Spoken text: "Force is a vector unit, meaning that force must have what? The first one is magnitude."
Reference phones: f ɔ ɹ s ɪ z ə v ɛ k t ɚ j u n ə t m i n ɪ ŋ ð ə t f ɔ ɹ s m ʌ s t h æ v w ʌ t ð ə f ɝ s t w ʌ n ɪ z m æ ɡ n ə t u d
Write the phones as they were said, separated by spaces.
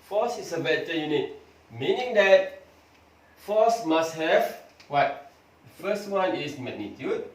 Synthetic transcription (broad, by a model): f ɔ s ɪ s ə b ɛ t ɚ j u n ə t m i n ɪ ŋ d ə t f ɔ s m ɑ s t h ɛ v w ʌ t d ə f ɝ s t w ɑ n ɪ s m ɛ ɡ n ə t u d